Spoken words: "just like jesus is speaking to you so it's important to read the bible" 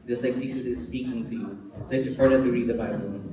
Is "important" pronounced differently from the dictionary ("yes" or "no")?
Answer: yes